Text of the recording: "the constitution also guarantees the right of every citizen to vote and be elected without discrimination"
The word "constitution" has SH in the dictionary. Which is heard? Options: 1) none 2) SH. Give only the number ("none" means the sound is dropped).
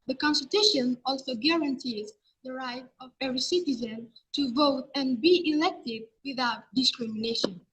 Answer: 2